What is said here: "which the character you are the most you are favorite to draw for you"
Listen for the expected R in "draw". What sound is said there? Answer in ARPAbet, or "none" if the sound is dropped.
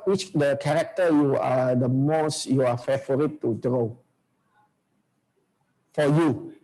R